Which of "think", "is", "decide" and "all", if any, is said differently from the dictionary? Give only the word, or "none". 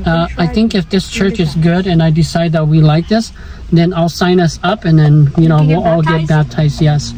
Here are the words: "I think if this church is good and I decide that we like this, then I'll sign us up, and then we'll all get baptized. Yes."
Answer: none